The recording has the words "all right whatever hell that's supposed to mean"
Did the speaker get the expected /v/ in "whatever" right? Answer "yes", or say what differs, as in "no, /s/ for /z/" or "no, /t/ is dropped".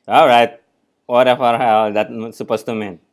no, /f/ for /v/